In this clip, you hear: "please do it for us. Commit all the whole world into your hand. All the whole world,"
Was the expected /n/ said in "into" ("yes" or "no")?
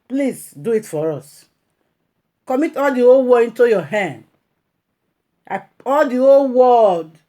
yes